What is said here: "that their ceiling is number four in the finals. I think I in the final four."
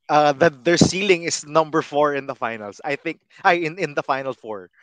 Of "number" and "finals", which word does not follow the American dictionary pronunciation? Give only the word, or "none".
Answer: finals